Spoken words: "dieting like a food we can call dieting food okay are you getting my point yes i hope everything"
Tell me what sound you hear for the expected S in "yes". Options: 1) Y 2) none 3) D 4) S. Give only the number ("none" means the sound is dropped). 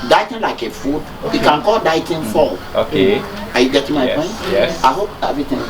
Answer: 2